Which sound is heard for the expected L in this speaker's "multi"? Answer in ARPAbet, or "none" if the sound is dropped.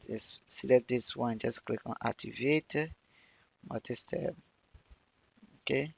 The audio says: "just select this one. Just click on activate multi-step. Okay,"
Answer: none